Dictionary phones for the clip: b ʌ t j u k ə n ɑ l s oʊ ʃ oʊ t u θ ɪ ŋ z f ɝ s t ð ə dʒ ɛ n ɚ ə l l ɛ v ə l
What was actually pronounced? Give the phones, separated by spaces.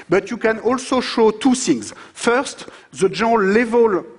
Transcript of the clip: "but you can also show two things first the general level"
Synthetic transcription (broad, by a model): b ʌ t j u k ə n ɑ l s oʊ ʃ oʊ t u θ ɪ ŋ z f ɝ s t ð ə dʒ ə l l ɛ v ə l